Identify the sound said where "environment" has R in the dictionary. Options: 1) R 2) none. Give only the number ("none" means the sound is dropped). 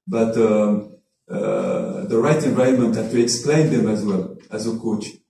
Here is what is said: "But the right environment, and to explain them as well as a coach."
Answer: 2